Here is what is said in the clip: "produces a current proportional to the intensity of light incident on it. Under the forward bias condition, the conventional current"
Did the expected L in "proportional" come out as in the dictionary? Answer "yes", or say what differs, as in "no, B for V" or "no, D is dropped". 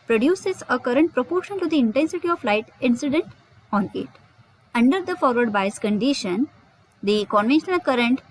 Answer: no, N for L